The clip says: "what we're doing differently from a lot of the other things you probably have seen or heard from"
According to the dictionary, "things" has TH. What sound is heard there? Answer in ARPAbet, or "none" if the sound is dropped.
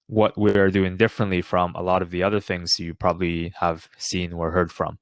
TH